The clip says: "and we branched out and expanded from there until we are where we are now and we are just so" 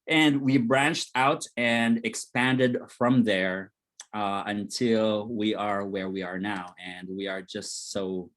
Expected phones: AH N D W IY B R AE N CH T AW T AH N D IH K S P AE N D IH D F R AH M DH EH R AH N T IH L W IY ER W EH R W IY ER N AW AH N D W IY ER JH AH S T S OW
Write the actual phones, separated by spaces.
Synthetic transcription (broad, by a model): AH N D W IY B R AE N CH T AW T AH N D IH K S P AE N D IH D F R AH M DH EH R AH N T IH L W IY ER W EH R W IY ER N AW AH N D W IY ER JH AH S T S OW